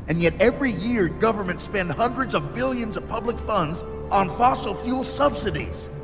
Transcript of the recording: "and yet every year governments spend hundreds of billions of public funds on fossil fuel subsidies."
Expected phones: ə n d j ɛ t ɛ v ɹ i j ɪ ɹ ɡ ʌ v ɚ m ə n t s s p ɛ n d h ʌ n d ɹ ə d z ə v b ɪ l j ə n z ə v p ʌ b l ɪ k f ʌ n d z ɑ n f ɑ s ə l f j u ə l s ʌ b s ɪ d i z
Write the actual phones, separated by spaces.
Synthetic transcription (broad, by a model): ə n j ɛ t ɛ v ɹ i j ɪ ɹ ɡ ʌ v ɚ m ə n t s s p ɛ n d h ʌ n d ɹ ə d z ə v b ɪ l j ə n z ə v p ʌ b l ɪ k f ʌ n d z n f ɑ s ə l f j u l s ʌ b s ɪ d i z